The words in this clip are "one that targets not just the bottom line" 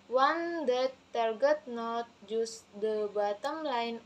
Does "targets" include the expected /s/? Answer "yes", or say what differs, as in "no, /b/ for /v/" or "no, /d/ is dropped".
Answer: no, /s/ is dropped